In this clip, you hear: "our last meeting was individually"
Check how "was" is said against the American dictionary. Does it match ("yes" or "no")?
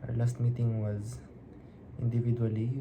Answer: yes